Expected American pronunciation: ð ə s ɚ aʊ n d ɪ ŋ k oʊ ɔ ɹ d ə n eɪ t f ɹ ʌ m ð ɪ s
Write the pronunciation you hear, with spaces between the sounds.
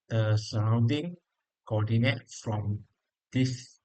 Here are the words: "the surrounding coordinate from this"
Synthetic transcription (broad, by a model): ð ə s ɚ aʊ n d ɪ ŋ k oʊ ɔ d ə n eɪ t f ɹ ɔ m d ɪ s